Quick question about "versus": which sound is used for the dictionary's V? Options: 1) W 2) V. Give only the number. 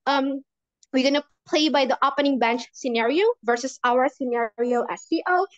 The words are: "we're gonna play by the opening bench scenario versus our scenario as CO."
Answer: 2